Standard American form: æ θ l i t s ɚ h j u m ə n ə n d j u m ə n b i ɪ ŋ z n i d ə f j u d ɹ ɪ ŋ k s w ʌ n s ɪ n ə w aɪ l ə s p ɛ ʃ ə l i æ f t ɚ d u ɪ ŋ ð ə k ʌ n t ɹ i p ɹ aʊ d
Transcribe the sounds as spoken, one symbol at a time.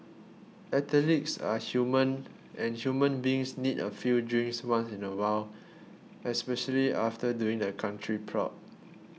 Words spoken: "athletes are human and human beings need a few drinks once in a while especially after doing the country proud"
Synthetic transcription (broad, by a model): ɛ t l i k s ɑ h j u m ə n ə n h j u m ə n b i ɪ ŋ s n i d ə f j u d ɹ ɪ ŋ s w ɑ n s ɪ n ə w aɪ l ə s p ɛ ʃ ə l i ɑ f t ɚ d u ɪ ŋ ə k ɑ n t ɹ i p ɹ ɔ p